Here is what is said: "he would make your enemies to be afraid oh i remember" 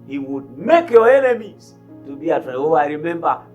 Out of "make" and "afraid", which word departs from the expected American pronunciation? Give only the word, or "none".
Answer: afraid